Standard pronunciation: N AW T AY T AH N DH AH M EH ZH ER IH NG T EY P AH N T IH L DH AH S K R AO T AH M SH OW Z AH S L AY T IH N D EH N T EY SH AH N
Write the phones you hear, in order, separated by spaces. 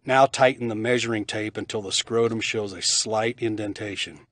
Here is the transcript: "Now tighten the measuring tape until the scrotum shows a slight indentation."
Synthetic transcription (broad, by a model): N AW T AY T N DH AH M EH ZH ER IH NG T EY P AH N T IH L DH AH S K R AO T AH M SH OW Z AH S L AY T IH N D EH N T EY SH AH N